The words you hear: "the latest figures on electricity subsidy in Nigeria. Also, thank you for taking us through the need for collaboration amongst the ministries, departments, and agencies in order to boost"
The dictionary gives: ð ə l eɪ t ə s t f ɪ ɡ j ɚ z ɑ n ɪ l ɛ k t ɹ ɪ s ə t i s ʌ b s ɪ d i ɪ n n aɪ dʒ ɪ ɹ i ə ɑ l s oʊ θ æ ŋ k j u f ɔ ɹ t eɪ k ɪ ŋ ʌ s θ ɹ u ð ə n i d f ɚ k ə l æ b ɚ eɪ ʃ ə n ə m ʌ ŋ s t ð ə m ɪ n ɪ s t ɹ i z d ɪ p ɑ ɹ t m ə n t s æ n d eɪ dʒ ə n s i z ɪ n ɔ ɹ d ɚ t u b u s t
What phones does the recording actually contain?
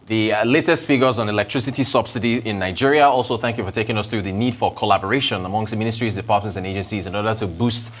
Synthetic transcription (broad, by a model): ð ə l eɪ t ə s t f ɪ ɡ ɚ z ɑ n ɪ l ɛ k t ɹ ɪ s ə t i s ʌ b s ɪ d i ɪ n n aɪ dʒ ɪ ɹ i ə ɑ l s oʊ θ æ ŋ k j u f ɔ ɹ t eɪ k ɪ ŋ ʌ s θ ɹ u ð ə n i d f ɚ k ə l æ b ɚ eɪ ʃ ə n ə m ʌ ŋ s t m ɪ n ɪ s t ɹ i z d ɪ p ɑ ɹ t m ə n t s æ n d eɪ dʒ ə n s i z ɪ n ɔ ɹ d ɚ t u b u s t